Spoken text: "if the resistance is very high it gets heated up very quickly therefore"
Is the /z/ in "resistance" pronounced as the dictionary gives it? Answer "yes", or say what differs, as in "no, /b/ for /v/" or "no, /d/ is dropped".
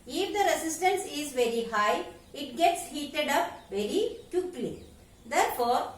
no, /s/ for /z/